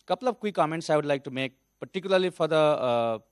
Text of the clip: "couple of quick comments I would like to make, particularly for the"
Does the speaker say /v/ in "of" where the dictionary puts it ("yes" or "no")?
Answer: no